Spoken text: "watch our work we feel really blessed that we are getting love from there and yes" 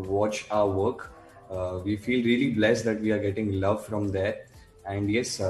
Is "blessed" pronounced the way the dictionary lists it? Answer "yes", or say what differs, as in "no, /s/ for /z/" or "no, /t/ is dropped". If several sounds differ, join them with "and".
yes